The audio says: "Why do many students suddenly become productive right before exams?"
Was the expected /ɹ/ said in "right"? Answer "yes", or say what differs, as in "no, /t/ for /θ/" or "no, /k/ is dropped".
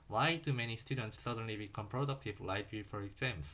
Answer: no, /l/ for /ɹ/